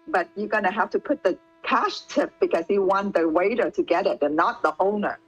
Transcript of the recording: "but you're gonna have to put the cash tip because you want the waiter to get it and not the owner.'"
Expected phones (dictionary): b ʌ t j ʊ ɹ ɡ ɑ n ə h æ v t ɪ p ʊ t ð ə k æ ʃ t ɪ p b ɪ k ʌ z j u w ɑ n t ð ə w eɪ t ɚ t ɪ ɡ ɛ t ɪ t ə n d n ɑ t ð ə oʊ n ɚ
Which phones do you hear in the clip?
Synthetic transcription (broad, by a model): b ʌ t j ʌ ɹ ɡ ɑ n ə h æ f t ɪ p ʊ t ð ə k æ ʃ t ɪ p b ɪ k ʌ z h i w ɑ n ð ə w eɪ t ɚ t ɪ ɡ ɛ t ɪ t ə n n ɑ t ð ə oʊ n ɚ